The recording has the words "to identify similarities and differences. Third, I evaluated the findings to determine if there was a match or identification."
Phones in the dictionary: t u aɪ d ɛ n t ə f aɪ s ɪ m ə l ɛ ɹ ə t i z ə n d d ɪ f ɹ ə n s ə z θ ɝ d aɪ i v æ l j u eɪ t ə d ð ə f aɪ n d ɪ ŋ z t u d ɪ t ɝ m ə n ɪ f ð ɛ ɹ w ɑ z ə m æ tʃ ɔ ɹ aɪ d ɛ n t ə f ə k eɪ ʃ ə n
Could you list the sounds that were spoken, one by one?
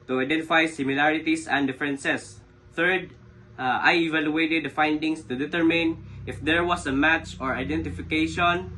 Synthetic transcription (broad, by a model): t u aɪ d ɛ n t ə f aɪ s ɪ m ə l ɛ ɹ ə t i s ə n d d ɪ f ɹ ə n s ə s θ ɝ d aɪ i v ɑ l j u eɪ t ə d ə f aɪ n d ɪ ŋ s t u d ɪ t ɝ m ə n ɪ f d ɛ ɹ w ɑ s ə m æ tʃ ɔ ɹ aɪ d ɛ n t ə f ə k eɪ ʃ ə n